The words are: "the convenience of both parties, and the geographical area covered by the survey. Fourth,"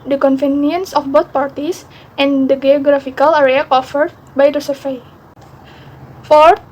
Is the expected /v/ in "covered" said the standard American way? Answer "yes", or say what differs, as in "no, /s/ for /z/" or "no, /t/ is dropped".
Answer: no, /f/ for /v/